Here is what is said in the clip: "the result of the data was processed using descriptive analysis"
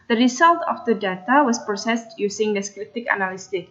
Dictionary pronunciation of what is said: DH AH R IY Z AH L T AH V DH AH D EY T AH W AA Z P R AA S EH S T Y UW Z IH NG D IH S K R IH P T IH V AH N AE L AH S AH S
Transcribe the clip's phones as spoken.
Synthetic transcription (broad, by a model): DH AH R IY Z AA L T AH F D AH D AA T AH W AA S P R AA S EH S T Y UW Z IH NG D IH S K R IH T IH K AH N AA L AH S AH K